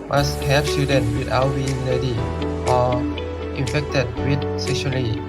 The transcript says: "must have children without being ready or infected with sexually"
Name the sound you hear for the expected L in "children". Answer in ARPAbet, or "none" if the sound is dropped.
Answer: none